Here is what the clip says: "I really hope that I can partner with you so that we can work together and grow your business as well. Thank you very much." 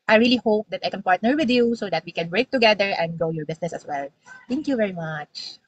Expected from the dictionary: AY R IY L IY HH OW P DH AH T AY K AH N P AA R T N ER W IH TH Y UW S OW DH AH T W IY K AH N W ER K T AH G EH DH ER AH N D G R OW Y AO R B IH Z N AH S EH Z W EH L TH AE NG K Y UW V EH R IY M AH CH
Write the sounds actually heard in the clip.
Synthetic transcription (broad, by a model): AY R IY L IY HH OW P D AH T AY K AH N P AA R T N ER W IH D Y UW S OW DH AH T W IY K AH N W ER K T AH G EH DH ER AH N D G OW Y AO R B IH S N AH S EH S W EH L T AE NG K Y UW V EH R IY M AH CH